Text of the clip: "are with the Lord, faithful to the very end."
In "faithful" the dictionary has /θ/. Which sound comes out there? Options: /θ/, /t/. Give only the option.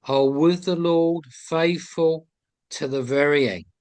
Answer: /θ/